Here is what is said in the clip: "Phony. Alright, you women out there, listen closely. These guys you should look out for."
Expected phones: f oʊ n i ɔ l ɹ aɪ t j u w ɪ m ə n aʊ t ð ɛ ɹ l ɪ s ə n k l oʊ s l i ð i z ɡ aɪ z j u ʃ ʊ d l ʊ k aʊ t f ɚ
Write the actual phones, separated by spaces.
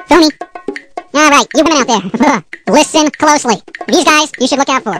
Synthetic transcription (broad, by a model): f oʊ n i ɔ ɹ aɪ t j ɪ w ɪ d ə ʊ t ð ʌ ɹ l ɪ s ə n k l oʊ s l i ð i z ɡ aɪ z j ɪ ʃ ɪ d l ʊ k aʊ t f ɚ